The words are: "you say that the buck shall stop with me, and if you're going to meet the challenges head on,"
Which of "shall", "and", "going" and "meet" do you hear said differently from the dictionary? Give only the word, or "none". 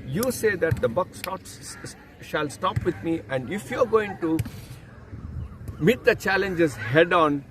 none